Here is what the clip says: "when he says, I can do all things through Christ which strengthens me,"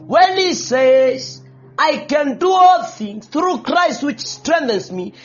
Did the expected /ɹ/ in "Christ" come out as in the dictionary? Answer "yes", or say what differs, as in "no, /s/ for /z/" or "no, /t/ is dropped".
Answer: yes